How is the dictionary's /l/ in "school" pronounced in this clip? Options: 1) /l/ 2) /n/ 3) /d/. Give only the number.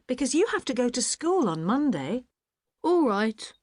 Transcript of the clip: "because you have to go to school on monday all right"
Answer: 1